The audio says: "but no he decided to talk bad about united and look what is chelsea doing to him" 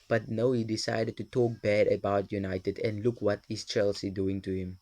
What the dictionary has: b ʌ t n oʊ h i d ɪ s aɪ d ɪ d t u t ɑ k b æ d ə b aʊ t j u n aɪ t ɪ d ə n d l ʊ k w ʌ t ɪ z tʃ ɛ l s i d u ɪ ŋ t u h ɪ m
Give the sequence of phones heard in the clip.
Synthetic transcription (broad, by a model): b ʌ t n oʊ h i d ɪ s aɪ d ɪ d t u t ɑ k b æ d ə b aʊ t j u n aɪ t ɪ d ə n d l ʊ k w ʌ t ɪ s tʃ ɛ l s i d u ɪ ŋ t u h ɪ m